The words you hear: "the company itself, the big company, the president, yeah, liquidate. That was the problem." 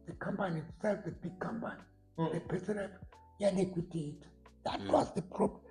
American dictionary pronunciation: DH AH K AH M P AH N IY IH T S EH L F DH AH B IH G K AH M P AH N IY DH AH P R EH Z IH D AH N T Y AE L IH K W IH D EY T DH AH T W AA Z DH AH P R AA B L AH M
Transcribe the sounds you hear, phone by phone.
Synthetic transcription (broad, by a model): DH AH K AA M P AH N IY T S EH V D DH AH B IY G K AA M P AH N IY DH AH P EH S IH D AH T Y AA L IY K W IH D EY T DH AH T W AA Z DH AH P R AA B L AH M